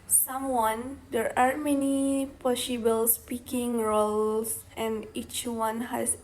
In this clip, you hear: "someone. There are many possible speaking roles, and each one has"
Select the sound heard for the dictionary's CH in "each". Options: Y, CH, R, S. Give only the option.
CH